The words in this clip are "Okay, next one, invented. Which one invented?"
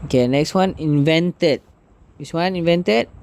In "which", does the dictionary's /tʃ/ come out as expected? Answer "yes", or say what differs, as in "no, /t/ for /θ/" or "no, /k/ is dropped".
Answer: no, /s/ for /tʃ/